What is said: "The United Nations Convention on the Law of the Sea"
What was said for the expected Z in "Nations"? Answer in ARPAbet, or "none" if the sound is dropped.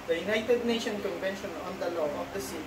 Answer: none